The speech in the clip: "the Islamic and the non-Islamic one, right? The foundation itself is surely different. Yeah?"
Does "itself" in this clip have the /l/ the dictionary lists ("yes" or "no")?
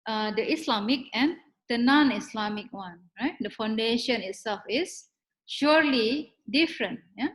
yes